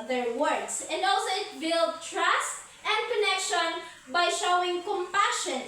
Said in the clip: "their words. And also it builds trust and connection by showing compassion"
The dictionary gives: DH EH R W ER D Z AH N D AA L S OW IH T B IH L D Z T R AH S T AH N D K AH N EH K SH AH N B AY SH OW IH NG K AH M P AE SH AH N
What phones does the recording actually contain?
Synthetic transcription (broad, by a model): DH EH R W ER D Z AH N D AA L S OW IH T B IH L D T R AH S T AH N D K AH N EH K SH AH N B AY SH OW IH NG K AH M P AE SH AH N